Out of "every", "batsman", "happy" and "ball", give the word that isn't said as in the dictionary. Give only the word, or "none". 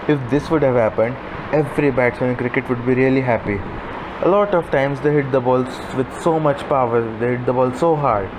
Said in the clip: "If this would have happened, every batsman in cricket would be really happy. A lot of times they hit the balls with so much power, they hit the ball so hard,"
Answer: batsman